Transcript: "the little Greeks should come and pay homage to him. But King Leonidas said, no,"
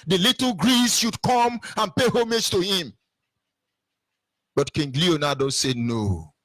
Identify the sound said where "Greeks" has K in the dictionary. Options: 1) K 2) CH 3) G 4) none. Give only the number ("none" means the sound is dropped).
4